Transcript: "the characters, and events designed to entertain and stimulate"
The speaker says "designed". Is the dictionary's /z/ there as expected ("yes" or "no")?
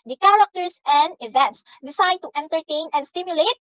no